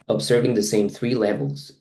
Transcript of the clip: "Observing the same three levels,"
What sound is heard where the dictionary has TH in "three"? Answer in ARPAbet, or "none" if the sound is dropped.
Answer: TH